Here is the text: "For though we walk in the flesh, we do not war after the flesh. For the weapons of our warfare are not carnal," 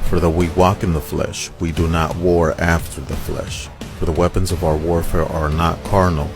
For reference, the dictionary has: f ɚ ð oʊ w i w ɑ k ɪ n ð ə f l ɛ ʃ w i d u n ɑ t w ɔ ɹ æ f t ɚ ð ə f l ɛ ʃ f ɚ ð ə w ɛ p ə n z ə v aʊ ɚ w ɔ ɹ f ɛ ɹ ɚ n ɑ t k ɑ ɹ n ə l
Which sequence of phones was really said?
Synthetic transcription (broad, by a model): f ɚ ð oʊ w i w ɑ k ɪ n ð ə f l ɛ ʃ w i d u n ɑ t w ɔ ɹ æ f t ɚ ð ə f l ɛ ʃ f ɚ ð ə w ɛ p ə n z ə v aʊ ɚ w ɔ ɹ f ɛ ɹ ɚ n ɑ t k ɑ ɹ n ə l